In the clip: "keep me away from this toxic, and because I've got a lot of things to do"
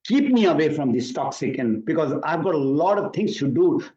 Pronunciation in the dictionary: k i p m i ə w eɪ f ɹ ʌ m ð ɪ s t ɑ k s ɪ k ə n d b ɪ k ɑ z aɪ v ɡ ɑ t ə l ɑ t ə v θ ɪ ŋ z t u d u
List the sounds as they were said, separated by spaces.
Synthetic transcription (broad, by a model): k i p m i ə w eɪ f ɹ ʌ m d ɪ s t ɑ k s ɪ k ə n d b ɪ k ɑ z aɪ v ɡ ɑ t ə l ɑ t ə v t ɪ ŋ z t u d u